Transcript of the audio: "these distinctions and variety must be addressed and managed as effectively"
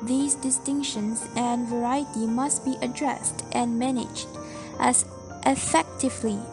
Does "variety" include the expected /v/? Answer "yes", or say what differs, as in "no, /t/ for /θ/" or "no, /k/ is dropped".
yes